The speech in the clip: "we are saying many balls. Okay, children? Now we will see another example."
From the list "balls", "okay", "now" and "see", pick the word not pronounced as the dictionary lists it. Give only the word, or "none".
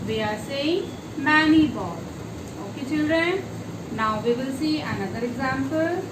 balls